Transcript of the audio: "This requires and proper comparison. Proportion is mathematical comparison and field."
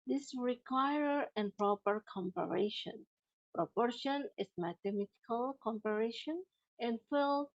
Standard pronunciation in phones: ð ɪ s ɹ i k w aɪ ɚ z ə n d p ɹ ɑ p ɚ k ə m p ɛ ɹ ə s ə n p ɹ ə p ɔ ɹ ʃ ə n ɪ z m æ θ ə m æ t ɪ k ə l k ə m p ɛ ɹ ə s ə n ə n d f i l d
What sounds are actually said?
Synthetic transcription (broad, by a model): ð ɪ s ɹ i k w aɪ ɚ ə n p ɹ ɑ p ɚ k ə m p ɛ ɹ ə ʃ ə n p ɹ ə p ɔ ɹ ʃ ə n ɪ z m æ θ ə m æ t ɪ k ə l k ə m p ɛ ɹ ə ʃ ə n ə n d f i l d